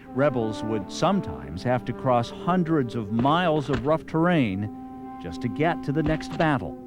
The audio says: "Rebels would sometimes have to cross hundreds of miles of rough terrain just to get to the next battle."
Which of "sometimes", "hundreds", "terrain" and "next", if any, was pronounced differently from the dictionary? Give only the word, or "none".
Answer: none